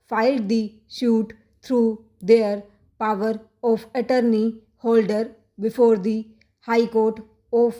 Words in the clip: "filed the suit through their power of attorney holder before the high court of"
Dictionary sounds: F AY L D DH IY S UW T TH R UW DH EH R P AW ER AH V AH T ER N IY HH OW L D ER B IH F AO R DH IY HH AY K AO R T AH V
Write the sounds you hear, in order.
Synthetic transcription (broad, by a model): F AY L D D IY SH UW T T R UW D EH R P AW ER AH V AH T ER N IY HH OW L D ER B IH F AO R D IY HH AY K AO R T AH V